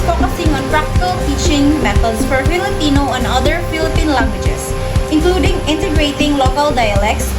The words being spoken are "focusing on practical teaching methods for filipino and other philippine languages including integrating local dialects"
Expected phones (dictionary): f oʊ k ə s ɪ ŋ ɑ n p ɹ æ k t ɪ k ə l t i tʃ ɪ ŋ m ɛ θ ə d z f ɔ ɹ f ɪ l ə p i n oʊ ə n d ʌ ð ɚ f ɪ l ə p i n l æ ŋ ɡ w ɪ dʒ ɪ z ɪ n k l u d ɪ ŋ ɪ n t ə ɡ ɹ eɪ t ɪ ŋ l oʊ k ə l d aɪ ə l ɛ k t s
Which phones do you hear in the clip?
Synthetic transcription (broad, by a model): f oʊ k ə s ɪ ŋ ɑ n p ɹ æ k t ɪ k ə l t i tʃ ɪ ŋ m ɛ t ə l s f ɔ ɹ f ɪ l ə p i n oʊ ə n d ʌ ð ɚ f ɪ l ə p i n l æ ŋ ɡ w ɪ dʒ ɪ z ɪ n k l u d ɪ ŋ ɪ n t ə ɡ ɹ eɪ t ɪ ŋ l oʊ k ə l d aɪ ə l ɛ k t s